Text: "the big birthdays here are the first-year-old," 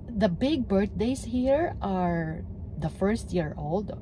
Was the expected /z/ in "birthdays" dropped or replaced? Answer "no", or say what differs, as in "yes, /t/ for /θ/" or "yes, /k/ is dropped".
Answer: yes, /s/ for /z/